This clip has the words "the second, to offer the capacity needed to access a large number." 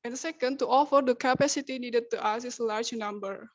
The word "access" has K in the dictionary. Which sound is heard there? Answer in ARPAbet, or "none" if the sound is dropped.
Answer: none